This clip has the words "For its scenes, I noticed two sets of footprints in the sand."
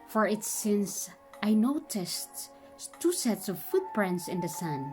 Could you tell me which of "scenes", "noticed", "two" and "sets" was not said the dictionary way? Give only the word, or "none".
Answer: scenes